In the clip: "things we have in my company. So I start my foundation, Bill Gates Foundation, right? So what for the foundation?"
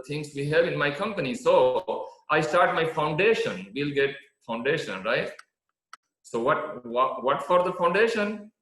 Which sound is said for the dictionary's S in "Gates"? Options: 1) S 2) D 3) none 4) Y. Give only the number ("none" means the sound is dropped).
3